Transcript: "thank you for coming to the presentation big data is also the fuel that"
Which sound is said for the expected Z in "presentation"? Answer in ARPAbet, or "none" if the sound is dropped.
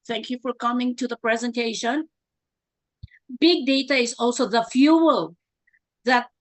Z